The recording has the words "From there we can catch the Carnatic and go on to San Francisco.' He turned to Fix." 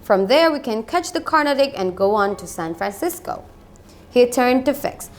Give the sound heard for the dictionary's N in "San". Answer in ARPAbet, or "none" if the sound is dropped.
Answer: N